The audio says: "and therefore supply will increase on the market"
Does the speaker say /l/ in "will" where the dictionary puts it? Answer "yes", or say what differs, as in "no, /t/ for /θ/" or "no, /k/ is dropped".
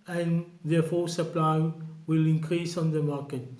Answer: yes